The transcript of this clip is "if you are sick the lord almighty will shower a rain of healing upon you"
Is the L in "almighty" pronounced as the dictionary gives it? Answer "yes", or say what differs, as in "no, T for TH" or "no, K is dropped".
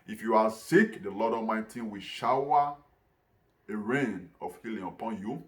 no, L is dropped